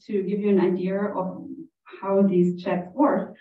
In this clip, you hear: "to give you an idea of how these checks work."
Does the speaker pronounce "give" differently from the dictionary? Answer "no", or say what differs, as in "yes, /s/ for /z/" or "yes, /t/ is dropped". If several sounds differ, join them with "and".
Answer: no